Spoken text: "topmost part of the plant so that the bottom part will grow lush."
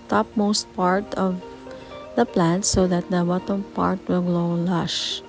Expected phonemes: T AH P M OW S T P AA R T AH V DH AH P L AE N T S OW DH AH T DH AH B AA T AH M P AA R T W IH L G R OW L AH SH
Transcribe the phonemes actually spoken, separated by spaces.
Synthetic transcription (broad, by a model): T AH P M OW S T P AA R T AH V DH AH P L AE N T S OW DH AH T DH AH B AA T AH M P AA R T W IH L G L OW L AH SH